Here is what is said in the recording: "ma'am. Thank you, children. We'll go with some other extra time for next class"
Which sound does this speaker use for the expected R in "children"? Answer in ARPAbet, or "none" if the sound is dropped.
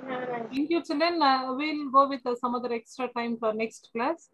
none